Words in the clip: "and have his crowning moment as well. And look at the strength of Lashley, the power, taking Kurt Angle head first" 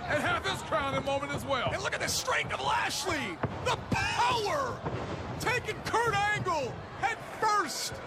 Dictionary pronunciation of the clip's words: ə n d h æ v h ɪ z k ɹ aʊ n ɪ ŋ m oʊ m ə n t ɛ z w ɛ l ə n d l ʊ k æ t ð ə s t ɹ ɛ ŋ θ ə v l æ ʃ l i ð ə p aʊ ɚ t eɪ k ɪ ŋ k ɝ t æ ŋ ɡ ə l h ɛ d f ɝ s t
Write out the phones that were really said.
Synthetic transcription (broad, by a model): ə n h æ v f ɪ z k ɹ aʊ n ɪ m oʊ m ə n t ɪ z w ɛ l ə n l ʊ k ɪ t ð ə s t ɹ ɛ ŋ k ə v l æ ʃ l i ð ə p aʊ ɚ t eɪ k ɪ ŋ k ɝ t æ ŋ ɡ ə l h ɛ d f ɝ s t